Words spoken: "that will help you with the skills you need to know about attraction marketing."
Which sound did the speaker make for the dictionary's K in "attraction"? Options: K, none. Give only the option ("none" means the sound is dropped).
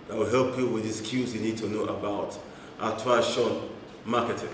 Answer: none